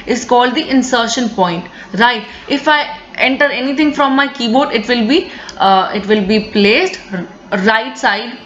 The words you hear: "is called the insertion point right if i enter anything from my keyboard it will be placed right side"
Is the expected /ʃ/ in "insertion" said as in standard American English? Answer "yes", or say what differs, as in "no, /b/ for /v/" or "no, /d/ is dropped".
yes